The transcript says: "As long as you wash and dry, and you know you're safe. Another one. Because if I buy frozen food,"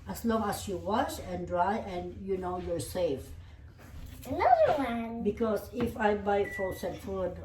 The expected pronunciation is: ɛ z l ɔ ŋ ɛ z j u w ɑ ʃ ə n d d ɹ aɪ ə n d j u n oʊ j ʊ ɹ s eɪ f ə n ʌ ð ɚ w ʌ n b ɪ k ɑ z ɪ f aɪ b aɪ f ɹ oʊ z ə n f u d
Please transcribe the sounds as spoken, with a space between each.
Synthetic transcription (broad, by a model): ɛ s l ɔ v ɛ s j u w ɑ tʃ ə n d d ɹ aɪ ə n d j u n oʊ j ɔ ɹ s eɪ f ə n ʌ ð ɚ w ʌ n b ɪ k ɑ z ɪ f aɪ b aɪ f oʊ s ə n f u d